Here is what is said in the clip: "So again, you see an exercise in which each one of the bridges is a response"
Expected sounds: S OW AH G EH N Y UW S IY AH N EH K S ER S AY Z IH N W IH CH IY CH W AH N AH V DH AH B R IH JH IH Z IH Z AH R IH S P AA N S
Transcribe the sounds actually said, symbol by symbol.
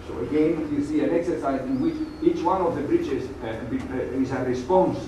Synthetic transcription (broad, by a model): S OW AH G EH N Y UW S IY AH N EH K S ER S AY Z IH N W IH CH IY CH W AH N AH V DH AH B R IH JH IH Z IH Z AH R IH S P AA N S